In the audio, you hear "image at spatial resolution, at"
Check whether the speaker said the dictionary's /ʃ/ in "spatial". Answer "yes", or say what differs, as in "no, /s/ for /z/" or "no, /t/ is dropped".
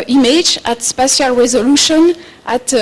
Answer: no, /s/ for /ʃ/